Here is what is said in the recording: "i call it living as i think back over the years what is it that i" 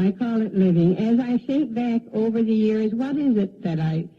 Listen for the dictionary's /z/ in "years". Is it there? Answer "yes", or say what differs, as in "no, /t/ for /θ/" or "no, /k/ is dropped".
yes